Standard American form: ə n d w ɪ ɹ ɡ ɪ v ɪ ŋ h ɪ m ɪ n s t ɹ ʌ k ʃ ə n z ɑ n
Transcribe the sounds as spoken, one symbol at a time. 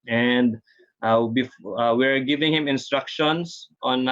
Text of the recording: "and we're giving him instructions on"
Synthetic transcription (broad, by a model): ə n d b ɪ w ɡ ɪ v ɪ ŋ h ɪ m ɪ n s t ɹ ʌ k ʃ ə n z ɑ n